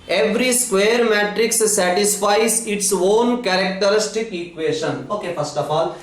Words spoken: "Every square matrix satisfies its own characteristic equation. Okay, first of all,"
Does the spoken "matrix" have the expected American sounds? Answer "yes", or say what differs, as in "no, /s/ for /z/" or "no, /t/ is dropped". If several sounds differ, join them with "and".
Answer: yes